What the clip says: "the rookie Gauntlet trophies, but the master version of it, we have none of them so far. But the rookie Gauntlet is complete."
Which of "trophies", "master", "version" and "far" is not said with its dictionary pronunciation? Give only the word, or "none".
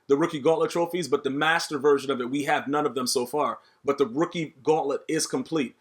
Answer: none